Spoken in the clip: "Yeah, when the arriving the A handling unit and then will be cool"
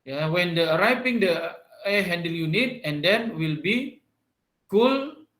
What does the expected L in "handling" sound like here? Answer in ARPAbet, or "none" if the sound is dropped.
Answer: none